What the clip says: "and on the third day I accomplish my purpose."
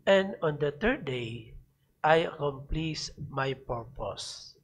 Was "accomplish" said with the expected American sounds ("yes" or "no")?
no